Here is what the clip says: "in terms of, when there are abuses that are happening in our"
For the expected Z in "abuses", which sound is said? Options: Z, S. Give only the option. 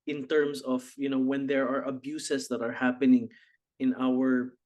S